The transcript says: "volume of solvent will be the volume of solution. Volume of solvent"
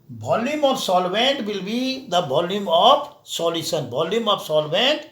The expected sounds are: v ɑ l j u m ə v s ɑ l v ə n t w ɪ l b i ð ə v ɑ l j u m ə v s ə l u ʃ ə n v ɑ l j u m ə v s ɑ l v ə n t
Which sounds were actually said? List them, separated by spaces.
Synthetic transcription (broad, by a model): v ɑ l j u m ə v s ɑ l v ə n t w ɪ l b i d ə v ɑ l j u m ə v s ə l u s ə n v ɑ l j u m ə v s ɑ l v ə n t